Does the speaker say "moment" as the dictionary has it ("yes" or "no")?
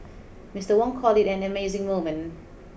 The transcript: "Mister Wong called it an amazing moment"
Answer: no